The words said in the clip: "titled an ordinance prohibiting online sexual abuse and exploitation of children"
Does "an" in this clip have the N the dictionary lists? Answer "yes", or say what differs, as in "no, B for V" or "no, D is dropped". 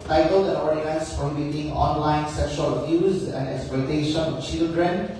no, L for N